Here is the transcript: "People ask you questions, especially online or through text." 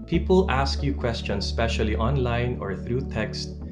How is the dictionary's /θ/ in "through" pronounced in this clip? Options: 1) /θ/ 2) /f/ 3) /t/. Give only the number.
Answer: 1